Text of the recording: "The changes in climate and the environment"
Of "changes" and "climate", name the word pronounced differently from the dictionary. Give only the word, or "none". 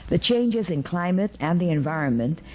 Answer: none